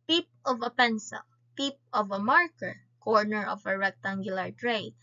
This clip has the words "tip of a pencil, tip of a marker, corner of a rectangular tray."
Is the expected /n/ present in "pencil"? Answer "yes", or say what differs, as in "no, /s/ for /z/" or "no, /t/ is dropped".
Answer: yes